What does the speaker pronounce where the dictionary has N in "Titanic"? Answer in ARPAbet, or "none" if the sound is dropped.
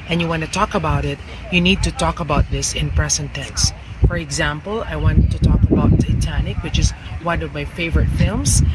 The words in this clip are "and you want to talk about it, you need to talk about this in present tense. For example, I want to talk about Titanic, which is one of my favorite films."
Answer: N